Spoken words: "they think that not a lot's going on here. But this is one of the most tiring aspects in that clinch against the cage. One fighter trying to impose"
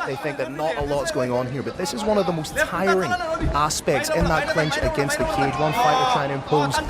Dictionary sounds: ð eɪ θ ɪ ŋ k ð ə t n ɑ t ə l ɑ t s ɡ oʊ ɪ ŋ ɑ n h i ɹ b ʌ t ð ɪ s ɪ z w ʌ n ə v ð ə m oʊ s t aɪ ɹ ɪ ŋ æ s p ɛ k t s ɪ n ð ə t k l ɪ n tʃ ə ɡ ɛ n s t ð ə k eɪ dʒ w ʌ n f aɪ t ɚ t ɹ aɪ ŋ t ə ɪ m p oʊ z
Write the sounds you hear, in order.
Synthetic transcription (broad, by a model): ð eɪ θ ɪ ŋ k ð ə t n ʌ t ə l ɑ t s ɡ oʊ ɪ ŋ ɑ n h i ɹ b ʌ t ð ɪ s ɪ z w ʌ n ə v ð ə m oʊ s t aɪ ɹ ɪ ŋ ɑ s p ɛ k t s ɪ n ð ə t k l ɪ n tʃ ə ɡ ɛ n s t ð ə k eɪ dʒ w ʌ n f aɪ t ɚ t aɪ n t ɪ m p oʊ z